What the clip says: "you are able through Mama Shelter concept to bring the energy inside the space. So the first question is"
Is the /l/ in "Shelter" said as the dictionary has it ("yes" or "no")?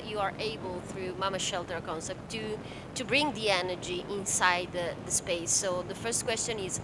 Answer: yes